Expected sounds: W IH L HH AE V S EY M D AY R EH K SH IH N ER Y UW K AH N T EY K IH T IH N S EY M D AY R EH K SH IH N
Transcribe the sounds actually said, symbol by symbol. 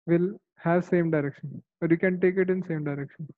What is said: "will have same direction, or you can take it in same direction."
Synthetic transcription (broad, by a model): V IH L HH AE V S EY M D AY R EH K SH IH N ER Y UW K AH N T EY K IH T IH N S EY M D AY R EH K SH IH N